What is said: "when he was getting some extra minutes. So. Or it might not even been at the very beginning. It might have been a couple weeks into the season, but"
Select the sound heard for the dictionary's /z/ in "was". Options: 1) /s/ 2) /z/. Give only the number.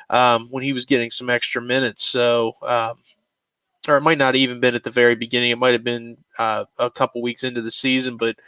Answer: 2